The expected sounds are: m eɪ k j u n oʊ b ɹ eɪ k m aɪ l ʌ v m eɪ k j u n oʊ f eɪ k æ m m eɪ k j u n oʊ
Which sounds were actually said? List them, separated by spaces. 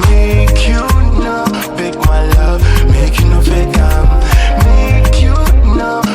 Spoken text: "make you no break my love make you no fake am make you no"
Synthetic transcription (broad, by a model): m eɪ k j u n oʊ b eɪ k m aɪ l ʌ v m eɪ k j u n oʊ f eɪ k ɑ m m eɪ k j u n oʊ